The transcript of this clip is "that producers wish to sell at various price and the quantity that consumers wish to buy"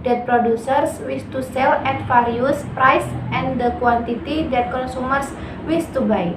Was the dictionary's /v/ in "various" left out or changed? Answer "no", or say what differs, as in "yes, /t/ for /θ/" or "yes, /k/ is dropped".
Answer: yes, /f/ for /v/